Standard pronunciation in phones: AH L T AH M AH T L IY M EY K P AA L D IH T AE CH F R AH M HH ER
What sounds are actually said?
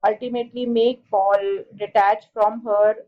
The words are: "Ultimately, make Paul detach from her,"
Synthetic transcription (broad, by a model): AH L T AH M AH T L IY M EY K B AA L D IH T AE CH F R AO M HH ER